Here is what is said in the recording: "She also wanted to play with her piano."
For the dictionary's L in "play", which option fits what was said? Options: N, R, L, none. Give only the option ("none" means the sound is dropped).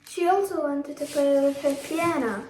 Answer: none